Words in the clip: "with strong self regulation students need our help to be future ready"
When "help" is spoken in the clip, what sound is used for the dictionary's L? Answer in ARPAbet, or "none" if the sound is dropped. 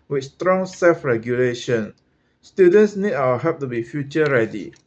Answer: none